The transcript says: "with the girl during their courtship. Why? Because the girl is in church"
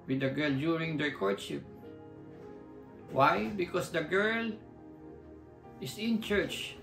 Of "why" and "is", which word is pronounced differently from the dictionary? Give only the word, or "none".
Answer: is